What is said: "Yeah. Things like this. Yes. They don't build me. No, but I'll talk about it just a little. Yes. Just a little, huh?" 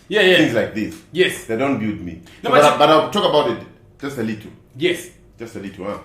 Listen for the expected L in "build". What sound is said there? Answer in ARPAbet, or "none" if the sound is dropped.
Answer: none